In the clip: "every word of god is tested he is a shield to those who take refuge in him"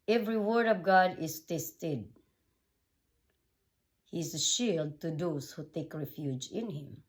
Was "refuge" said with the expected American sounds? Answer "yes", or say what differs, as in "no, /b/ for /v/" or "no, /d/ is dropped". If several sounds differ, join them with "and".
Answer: yes